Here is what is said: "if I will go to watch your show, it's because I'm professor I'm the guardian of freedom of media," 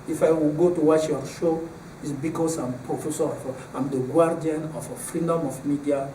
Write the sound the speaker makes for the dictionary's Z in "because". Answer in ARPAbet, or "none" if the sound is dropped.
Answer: S